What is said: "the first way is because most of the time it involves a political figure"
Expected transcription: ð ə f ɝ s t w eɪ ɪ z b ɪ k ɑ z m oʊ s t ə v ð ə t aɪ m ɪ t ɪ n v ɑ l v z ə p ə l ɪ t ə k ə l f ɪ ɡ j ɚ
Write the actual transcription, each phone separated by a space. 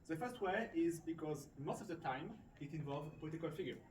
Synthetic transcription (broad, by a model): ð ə f ɝ s t w eɪ ɪ z b ɪ k ɑ z m oʊ s t ə v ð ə t aɪ m ɪ t ɪ n v ɑ l v z ə p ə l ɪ t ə k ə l f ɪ ɡ j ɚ